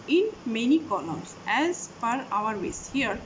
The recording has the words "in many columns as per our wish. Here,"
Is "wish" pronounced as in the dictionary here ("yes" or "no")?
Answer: no